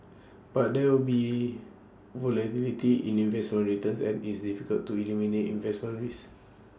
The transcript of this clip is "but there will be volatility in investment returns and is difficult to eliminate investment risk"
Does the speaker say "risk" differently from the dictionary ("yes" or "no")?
yes